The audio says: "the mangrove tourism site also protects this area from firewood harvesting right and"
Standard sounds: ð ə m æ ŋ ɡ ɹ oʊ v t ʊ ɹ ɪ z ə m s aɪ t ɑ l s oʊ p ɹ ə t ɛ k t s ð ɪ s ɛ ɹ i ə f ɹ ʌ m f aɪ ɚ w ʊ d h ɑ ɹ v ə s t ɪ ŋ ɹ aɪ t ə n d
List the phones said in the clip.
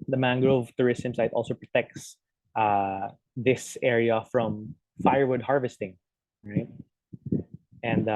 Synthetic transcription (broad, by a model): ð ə m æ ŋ ɡ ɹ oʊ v t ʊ ɹ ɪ s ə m s aɪ t ɑ l s oʊ p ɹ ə t ɛ k t s ð ɪ s ɛ ɹ i ə f ɹ ʌ m f aɪ ɚ w ʊ d h ɑ ɹ v ə s t ɪ ŋ ɹ aɪ t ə n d